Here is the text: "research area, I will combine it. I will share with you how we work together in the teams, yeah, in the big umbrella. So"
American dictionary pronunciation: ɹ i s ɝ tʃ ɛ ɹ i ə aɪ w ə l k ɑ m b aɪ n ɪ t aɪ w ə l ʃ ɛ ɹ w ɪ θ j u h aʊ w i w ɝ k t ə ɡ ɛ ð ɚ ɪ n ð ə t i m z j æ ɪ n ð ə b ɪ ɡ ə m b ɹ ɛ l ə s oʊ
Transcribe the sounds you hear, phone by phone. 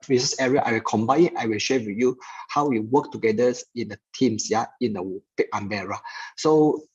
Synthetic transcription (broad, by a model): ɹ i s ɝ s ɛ ɹ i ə aɪ w ə l k ɑ m b aɪ n ɪ t aɪ w ə l ʃ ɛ w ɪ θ j u h aʊ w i w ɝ k t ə ɡ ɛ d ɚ ɪ n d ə t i m s j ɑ ɪ n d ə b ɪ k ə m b ɛ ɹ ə s oʊ